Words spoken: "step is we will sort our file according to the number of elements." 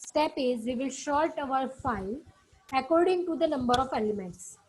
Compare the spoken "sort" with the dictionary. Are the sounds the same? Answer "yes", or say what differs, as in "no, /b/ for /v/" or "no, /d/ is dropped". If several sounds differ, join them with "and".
no, /l/ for /ɹ/